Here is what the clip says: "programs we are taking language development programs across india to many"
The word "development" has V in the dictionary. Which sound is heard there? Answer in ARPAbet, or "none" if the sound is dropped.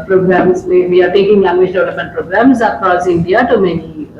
none